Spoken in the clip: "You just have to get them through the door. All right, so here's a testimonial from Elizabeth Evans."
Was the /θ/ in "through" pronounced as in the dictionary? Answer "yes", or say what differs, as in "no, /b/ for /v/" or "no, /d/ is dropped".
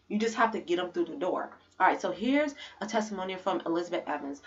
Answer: yes